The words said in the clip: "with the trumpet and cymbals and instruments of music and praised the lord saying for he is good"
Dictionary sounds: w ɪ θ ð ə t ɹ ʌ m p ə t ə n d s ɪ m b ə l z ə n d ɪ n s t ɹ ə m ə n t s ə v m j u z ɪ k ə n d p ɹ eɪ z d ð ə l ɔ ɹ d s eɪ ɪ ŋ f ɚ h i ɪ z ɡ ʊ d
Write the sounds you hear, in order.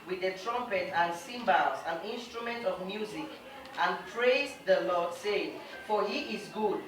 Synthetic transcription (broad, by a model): w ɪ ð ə t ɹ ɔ m p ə t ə n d s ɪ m b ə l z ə n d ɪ n s t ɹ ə m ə n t ə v m j u z ɪ k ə n p ɹ eɪ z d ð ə l ɔ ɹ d s eɪ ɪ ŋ f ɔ h i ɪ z ɡ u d